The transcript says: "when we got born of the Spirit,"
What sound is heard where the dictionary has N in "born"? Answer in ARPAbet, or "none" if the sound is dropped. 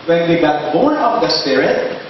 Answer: none